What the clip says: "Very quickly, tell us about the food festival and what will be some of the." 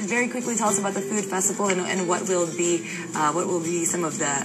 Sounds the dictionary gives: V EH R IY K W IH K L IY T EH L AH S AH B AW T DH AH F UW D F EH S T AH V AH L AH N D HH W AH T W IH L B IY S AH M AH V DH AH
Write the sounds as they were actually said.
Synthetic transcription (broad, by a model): V EH R IY K W IH K L IY T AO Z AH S AH B AW T DH AH F UW D F EH S T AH V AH N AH N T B W AH T W IH L B IY S AH M AH V DH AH